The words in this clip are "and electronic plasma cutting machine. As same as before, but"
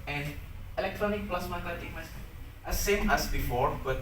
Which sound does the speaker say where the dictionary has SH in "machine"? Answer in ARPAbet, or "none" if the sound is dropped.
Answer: S